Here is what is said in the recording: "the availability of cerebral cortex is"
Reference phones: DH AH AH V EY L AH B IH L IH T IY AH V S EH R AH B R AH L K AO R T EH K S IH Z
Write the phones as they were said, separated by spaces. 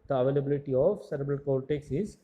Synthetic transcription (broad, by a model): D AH AH V EY L AH B IH L IH T IY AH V S EH R AH B R AH L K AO L T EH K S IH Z